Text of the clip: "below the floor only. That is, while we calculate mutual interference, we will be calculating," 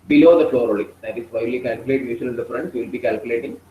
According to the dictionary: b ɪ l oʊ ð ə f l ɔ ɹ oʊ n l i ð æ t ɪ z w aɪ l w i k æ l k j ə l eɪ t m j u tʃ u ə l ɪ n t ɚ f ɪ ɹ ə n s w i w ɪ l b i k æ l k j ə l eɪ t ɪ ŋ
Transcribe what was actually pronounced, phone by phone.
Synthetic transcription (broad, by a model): b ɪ l oʊ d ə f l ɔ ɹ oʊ l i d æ t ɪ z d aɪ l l i k æ l k j ə l eɪ t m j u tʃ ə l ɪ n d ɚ f ɹ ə n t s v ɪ l b i k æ l k j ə l eɪ t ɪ ŋ